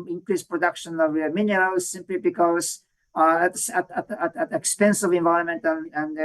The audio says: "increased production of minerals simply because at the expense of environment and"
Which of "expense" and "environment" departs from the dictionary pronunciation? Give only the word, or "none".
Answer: environment